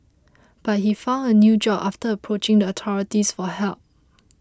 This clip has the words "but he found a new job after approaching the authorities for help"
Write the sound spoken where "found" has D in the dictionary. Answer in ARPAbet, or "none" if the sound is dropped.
D